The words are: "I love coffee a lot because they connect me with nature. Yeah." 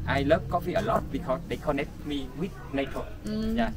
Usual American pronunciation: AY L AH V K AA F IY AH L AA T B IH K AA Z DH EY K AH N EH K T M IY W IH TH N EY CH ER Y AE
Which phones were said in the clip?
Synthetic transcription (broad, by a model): AY L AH P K AA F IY AH L AA T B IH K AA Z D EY K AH N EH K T M IY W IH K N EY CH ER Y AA